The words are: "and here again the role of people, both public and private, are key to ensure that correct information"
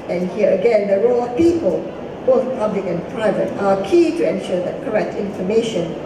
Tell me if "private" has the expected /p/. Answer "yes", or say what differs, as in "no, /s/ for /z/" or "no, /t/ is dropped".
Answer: yes